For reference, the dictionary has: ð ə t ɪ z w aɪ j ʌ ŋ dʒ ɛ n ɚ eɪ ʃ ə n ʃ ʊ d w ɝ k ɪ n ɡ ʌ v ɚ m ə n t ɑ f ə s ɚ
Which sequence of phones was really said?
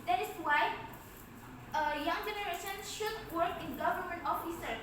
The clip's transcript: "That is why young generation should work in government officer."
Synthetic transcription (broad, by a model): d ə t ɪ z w aɪ j ʌ ŋ dʒ ɛ n ɚ eɪ ʃ ə n ʃ ʊ d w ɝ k ɪ n ɡ ʌ v ɚ m ə n t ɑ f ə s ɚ